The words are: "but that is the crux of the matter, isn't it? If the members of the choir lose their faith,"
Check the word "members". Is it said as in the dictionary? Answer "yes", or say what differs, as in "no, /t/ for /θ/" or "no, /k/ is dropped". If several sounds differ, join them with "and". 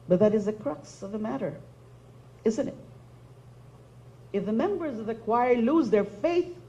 yes